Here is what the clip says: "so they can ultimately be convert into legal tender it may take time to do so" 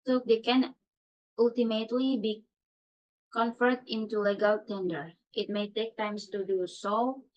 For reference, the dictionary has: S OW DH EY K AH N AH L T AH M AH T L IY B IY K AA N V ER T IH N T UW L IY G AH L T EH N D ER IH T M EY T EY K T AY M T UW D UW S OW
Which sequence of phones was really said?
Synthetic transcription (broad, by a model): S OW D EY K AH N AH L T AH M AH T L IY B IY K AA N F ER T IH N T UW L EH G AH L T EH N D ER IH T M EY T EY K T AY M T UW D UW S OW